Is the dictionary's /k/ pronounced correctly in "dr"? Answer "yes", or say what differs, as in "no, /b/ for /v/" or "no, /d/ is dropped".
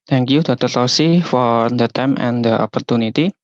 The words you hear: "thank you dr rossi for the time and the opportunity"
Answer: no, /k/ is dropped